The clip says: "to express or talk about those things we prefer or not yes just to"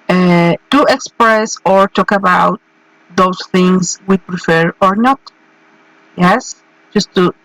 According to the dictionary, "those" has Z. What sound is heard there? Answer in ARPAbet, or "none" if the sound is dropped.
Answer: S